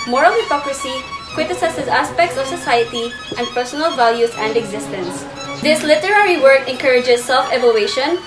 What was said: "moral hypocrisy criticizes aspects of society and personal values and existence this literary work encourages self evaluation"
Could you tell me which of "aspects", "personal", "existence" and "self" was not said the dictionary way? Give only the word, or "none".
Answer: none